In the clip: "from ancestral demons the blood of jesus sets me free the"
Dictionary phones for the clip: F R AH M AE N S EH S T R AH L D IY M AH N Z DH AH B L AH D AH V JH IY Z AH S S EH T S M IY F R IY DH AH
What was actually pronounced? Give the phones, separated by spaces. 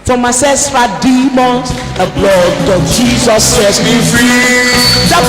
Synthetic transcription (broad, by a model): F R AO M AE S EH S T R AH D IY M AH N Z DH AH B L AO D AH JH IY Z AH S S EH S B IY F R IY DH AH